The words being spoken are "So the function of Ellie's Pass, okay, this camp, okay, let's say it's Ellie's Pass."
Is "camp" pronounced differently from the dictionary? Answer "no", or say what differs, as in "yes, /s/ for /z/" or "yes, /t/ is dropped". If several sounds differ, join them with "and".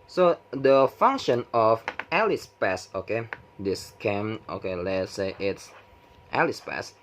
yes, /p/ is dropped